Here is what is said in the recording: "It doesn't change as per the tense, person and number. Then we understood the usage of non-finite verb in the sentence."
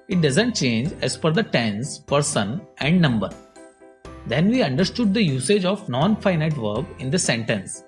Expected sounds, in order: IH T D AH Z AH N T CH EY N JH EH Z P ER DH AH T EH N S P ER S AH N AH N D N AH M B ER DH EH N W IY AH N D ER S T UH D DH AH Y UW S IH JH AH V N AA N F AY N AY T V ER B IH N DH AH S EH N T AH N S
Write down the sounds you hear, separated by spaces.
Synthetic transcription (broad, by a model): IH T D AH Z AH N T CH EY N JH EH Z F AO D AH T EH N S P ER S AH N AH N D N AH M B ER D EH N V IY AH N D ER S T UH D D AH Y UW S IH JH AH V N AA N F AY N AY T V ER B IH N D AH S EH N T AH N S